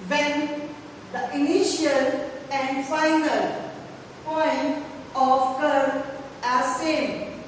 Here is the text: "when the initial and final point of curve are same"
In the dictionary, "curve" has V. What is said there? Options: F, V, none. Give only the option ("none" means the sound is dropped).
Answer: none